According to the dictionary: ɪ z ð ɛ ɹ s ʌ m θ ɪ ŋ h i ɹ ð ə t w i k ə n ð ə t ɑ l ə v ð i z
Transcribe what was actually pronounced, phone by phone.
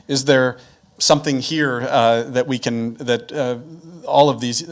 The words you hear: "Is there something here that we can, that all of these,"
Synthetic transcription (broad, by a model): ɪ z ð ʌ ɹ s ʌ m θ ɪ ŋ h i ɹ ð ə t w i k ə n ð ə t ɑ l ə v ð i z